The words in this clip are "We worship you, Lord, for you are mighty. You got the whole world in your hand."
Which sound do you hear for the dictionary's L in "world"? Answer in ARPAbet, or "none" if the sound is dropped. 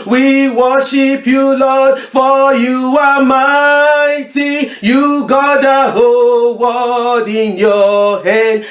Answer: none